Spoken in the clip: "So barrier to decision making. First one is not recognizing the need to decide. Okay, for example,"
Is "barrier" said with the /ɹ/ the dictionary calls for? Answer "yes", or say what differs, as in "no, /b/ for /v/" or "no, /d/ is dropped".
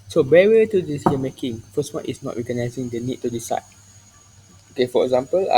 no, /w/ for /ɹ/